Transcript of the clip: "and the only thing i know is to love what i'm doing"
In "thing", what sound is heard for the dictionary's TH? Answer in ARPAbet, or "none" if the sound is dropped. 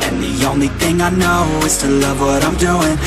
TH